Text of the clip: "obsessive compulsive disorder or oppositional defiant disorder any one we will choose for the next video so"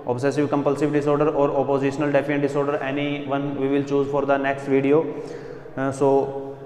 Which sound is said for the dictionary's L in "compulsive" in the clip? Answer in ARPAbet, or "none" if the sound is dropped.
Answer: L